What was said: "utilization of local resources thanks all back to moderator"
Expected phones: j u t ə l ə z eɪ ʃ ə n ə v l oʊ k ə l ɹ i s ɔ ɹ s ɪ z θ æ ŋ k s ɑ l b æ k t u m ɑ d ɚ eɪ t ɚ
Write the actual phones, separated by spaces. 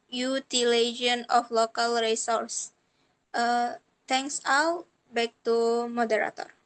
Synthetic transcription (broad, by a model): j u t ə l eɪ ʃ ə n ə f l oʊ k ə l ɹ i s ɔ ɹ s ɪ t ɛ ŋ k s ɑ w b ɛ k t u m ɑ d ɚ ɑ t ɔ